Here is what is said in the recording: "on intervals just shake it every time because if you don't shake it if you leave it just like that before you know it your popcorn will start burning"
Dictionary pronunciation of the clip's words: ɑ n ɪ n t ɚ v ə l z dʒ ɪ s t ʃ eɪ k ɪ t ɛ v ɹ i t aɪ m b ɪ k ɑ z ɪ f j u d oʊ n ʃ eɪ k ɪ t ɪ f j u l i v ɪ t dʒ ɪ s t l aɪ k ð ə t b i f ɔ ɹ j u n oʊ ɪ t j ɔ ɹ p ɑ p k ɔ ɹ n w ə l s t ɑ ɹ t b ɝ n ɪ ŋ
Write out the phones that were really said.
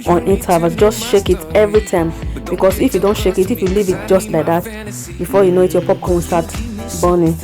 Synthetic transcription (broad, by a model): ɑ n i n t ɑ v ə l dʒ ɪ s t ʃ eɪ k ɪ t ɛ v ɹ i t aɪ m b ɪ k ɑ s ɪ f j u d oʊ n ʃ eɪ k ɪ t ɪ f j u l i v ɪ t dʒ ɪ s t l aɪ k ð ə t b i f ɔ j u n oʊ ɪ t j ɔ p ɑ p k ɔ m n s t ɑ t b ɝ n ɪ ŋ